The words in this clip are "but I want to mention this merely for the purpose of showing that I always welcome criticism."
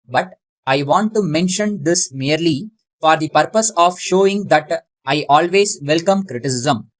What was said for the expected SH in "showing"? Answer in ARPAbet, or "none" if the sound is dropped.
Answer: SH